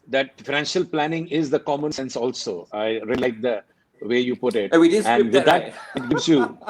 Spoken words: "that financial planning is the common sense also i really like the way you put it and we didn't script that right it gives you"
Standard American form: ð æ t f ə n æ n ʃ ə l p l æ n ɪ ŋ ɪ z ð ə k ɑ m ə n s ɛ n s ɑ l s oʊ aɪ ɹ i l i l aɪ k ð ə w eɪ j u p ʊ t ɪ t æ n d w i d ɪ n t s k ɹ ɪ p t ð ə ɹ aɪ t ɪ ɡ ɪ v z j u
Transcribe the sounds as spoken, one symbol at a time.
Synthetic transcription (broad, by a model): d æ t f ə n æ n ʃ ə l p l æ n ɪ ŋ ɪ z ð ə k ɑ m ə n s ɛ n s ɑ l s oʊ aɪ ɹ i l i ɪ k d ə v eɪ j u p ʊ t ɪ t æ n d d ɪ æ t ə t ɡ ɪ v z j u